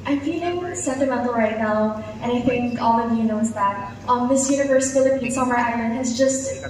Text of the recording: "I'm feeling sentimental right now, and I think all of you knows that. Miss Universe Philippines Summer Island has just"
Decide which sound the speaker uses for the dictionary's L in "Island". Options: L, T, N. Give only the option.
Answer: L